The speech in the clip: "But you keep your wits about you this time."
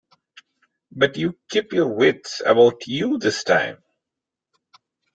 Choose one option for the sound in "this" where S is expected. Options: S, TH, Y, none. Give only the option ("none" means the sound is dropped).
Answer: S